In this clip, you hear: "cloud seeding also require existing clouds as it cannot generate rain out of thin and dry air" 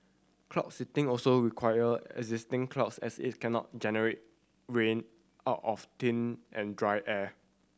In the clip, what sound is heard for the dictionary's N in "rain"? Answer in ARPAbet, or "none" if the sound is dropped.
N